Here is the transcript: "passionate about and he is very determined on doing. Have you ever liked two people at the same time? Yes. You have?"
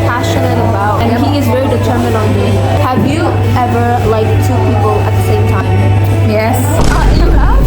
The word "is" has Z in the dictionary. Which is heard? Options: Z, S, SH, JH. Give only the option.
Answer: Z